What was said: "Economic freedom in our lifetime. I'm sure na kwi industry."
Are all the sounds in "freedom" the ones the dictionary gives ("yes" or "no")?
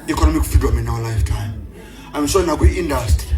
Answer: no